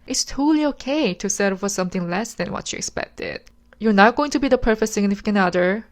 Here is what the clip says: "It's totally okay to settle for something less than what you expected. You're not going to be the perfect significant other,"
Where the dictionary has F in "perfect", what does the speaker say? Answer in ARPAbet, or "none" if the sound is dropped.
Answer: F